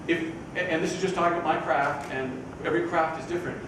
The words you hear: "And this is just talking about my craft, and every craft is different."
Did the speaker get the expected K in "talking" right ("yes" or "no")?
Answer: no